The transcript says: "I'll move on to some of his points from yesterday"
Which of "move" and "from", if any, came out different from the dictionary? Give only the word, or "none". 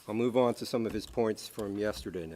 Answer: none